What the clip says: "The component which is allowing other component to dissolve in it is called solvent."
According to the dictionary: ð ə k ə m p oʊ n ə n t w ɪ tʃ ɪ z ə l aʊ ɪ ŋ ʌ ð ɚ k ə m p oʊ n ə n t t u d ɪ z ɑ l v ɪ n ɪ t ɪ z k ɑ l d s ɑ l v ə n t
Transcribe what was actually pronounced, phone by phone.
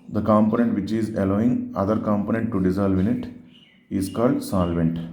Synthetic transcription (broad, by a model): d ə k ə m p oʊ n ə n t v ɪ tʃ ɪ z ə l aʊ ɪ ŋ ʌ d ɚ k ə m p oʊ n ə n t t u d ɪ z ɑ l v ɪ n ɪ t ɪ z k ɑ l d s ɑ l v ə n t